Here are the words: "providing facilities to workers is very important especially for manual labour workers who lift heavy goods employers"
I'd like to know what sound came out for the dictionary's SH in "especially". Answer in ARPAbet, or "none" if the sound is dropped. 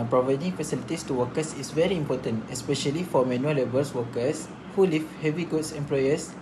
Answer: SH